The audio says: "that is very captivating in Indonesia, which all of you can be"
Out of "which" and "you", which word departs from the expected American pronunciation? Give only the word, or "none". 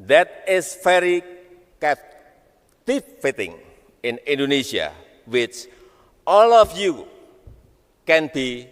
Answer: none